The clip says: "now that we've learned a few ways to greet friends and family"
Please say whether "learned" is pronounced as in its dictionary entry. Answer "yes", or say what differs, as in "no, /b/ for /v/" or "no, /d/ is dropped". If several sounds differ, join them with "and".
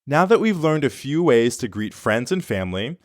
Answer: yes